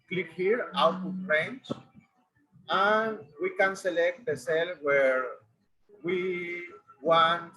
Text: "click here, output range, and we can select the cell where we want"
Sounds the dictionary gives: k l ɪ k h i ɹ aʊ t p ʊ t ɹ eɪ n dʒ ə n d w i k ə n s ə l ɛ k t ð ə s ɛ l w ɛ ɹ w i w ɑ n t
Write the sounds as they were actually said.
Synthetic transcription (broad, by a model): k l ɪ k h i ɹ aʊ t u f ɹ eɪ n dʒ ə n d w i k ə n s ə l ɛ k t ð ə s ɛ l w ɛ ɹ w i w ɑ n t